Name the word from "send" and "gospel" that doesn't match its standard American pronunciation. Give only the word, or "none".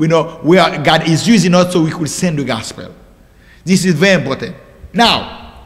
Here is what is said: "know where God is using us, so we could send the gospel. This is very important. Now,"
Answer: none